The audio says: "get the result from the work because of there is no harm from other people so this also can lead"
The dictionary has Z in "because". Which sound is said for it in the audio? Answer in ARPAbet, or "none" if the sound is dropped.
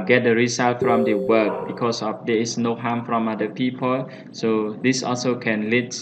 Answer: S